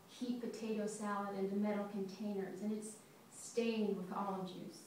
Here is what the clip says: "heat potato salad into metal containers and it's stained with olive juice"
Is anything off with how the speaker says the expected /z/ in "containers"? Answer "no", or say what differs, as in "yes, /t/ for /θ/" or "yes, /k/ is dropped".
no